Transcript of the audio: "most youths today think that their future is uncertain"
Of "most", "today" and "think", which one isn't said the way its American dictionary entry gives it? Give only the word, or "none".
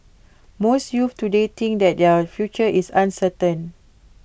think